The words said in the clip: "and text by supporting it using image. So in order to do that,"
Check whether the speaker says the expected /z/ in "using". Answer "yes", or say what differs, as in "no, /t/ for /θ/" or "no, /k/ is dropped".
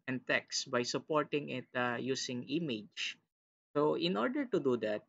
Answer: no, /s/ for /z/